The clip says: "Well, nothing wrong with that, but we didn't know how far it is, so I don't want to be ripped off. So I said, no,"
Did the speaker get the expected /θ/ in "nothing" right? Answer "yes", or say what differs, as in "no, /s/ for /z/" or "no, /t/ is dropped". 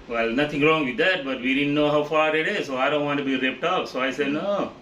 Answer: no, /t/ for /θ/